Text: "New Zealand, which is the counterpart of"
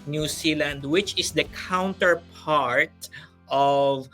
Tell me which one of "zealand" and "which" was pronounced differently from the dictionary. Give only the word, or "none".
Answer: zealand